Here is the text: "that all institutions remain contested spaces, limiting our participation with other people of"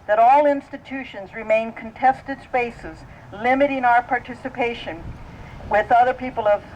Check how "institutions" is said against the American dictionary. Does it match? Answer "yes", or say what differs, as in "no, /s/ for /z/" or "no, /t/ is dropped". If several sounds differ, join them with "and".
yes